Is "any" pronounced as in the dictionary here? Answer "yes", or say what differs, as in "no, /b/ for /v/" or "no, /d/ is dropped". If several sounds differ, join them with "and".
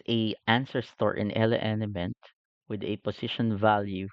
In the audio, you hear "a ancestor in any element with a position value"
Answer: no, /l/ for /n/